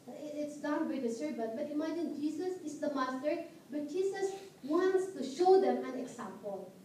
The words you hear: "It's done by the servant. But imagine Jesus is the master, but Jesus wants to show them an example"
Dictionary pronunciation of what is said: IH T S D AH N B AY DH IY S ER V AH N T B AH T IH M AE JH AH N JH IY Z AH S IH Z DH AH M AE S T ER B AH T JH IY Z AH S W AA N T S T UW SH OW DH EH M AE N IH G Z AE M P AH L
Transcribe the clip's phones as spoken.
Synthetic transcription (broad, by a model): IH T S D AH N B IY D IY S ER B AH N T B AH T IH M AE JH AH N JH IY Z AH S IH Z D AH M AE S T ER B AH T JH IY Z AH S W AA N T S T UW SH OW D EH M AE N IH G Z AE M P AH L